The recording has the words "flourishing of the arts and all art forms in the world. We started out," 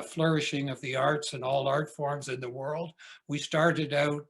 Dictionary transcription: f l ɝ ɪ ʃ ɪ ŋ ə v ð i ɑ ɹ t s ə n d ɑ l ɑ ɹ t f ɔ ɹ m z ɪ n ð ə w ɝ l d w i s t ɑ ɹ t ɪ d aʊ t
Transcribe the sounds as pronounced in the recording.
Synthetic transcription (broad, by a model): f l ɝ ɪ ʃ ɪ ŋ ə v ð i ɑ ɹ t s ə n ɑ l ɑ ɹ t f ɔ ɹ m z ɪ n ð ə w ɝ l d w i s t ɑ ɹ t ɪ d aʊ t